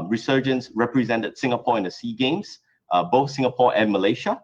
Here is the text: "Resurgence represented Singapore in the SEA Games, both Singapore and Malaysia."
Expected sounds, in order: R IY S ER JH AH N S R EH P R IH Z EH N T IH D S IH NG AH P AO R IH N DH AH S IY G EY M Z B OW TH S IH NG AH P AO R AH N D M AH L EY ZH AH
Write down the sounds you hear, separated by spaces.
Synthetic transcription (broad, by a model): R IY S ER JH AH N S R EH P R IH Z EH N T IH D S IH NG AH P AO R IH N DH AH S IY G EY M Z B OW TH S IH NG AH P AO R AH N M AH L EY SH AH